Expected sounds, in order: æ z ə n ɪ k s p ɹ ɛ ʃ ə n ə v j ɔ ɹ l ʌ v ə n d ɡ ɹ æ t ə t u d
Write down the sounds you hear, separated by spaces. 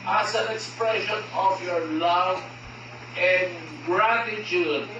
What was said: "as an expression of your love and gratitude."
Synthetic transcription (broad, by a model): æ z ə n ɪ k s p ɹ ɛ ʃ ə n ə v j ɔ ɹ l ʌ v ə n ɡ ɹ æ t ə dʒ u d